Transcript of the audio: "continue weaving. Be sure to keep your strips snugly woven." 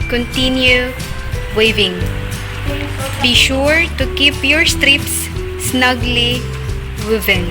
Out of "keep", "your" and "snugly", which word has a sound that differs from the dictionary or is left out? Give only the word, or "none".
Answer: none